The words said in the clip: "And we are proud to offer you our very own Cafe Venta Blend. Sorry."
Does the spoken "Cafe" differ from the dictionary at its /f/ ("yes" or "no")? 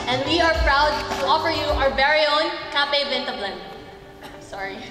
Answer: yes